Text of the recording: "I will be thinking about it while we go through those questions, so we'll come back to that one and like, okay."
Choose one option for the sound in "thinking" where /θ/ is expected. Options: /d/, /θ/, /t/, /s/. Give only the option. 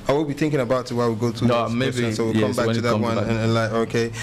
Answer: /θ/